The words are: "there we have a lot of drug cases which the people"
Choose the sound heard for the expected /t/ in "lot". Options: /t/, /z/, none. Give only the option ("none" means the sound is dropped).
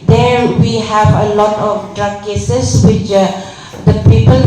/t/